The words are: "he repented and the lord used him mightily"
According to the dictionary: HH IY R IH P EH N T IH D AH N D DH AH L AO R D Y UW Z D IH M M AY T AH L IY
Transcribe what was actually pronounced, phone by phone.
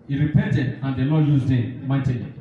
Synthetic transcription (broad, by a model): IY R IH P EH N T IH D AH N D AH N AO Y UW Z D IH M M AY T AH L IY